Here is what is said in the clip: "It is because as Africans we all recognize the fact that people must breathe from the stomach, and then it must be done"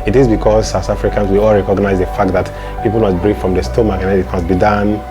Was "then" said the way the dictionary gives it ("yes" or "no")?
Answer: no